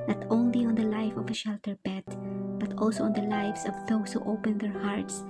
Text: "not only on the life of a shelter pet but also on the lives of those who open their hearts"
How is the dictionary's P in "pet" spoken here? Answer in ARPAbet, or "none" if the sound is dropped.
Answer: B